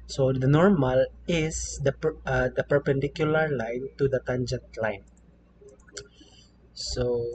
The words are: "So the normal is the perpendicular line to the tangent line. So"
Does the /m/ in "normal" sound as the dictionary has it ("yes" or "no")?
yes